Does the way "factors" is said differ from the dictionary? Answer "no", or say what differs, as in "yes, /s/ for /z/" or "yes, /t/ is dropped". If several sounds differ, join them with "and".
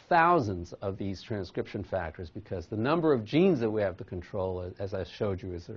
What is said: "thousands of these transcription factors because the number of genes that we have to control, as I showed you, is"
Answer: no